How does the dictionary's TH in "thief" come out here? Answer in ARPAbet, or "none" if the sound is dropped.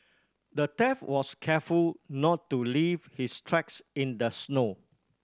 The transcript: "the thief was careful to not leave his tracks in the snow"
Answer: T